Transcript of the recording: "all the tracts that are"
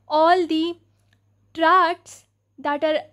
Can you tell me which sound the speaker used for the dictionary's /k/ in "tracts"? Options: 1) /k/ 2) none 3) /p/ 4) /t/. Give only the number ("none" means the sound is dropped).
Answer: 2